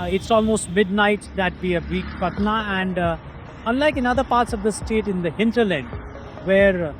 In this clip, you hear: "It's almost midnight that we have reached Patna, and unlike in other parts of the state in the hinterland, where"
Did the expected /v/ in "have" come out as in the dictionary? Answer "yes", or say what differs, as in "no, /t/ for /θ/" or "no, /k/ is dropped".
no, /b/ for /v/